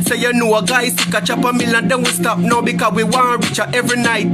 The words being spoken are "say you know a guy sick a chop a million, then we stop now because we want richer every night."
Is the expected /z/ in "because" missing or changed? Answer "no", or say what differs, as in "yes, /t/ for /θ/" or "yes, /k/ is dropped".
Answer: yes, /z/ is dropped